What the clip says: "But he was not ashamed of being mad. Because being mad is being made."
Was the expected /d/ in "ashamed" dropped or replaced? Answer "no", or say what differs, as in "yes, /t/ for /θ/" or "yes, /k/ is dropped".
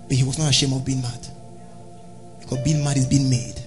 yes, /d/ is dropped